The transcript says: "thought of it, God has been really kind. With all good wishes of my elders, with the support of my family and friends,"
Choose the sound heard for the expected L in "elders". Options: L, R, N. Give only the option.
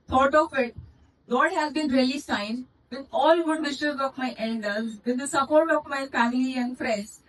N